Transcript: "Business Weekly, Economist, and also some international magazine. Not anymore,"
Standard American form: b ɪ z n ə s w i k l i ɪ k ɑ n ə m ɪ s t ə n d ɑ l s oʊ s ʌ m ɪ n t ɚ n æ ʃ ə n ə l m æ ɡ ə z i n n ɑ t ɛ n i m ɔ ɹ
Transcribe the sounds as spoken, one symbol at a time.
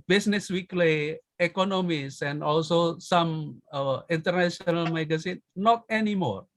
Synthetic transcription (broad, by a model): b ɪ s n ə s w i k l i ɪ k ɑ n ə m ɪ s ə n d ɑ l s oʊ s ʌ m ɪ n t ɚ n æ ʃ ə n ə l m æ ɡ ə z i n n ɑ t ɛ n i m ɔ ɹ